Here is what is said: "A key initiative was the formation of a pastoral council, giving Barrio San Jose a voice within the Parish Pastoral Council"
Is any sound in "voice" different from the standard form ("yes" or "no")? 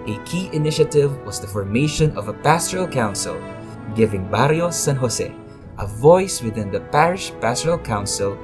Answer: no